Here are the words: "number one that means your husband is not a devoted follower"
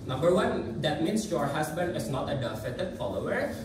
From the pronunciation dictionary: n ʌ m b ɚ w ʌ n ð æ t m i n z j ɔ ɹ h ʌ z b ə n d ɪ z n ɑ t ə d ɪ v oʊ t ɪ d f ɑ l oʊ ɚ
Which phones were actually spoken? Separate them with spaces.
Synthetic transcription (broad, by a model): n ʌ m b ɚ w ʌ n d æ t m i n s j ɔ ɹ h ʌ s b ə n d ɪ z n ɑ t ə d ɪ f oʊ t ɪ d f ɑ l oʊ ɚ